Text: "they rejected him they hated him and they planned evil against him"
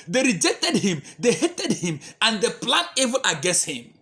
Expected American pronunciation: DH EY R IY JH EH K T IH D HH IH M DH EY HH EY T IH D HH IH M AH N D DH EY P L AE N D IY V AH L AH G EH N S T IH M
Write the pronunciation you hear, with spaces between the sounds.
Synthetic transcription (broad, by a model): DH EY R IY JH EH K T IH D HH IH M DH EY HH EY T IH D HH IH M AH N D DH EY P L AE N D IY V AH N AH G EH S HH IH M